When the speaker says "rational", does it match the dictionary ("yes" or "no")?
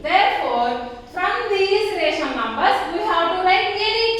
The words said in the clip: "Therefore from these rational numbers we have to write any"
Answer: no